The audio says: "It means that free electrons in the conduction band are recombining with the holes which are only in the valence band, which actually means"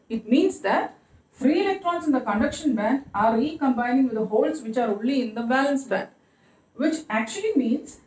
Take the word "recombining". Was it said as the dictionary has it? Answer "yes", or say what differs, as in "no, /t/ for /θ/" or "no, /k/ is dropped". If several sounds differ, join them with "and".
yes